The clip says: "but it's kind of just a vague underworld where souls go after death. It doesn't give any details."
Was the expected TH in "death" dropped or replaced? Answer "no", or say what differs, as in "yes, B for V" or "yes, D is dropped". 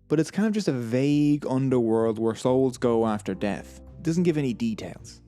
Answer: no